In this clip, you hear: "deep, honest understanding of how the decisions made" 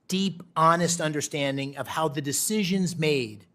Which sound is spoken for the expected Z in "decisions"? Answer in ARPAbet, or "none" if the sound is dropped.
Z